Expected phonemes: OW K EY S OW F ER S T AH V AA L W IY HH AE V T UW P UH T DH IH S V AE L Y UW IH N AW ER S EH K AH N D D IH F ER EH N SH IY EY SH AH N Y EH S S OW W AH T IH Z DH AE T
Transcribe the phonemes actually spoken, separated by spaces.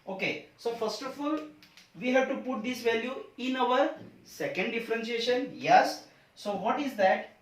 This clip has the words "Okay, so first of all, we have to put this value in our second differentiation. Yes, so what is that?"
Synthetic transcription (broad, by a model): OW K EY S OW F ER S T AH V AA L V IY HH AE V T UW P UH T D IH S V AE L Y UW IH N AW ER S EH K AH N D D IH F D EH N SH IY EY SH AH N Y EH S S OW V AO T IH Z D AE T